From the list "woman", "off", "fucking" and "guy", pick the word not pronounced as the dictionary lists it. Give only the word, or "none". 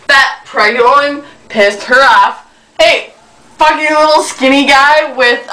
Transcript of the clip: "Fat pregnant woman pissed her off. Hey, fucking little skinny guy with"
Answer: woman